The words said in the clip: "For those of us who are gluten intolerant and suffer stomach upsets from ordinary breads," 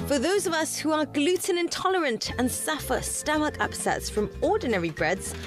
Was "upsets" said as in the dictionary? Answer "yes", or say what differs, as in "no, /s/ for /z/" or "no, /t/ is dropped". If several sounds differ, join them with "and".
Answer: yes